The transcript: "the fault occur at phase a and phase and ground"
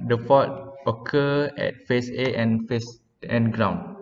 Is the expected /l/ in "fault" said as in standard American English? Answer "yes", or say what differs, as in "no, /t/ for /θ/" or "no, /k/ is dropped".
no, /l/ is dropped